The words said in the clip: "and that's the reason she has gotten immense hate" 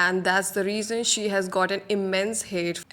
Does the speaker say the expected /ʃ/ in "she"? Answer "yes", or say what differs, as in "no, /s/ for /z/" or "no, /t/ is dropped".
yes